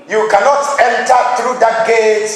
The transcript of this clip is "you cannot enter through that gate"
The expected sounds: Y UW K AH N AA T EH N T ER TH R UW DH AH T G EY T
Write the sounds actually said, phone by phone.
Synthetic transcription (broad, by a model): Y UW K AH N AA T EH N T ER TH R UW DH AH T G EY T